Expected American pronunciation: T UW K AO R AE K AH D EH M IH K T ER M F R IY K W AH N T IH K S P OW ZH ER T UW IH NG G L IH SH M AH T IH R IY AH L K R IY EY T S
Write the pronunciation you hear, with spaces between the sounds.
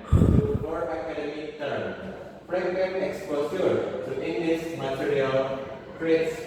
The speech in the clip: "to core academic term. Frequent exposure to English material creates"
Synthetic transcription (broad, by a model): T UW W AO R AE K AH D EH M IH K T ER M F R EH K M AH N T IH K S P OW S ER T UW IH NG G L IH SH M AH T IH R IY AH L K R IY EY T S